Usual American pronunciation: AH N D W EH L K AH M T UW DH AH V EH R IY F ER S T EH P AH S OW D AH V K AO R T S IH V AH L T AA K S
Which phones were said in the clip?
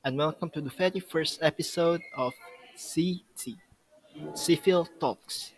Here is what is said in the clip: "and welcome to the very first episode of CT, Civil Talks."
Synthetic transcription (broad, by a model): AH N W EH L K AH M T UW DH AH F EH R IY F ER S T EH P AH S OW D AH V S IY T S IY F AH L T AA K S